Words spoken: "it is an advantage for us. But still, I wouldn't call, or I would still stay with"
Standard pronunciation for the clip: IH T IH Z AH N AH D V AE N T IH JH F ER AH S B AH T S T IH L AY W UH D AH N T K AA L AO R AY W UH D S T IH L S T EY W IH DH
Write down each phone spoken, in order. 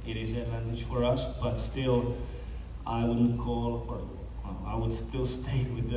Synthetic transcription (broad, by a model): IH T IH Z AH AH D V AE N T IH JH F ER AH S B AH T S T IH L AY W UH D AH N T K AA L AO L AY W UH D S T IH L S T EY W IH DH